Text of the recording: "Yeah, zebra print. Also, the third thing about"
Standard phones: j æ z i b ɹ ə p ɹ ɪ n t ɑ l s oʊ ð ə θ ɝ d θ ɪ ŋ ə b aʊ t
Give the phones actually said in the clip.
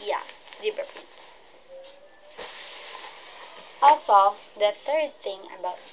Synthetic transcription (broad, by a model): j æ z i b ə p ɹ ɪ t ɑ l s oʊ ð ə θ ɝ d θ ɪ ŋ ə b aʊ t